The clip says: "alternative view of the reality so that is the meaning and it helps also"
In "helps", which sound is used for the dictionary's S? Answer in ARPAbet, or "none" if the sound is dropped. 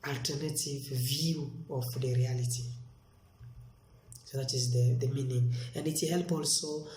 none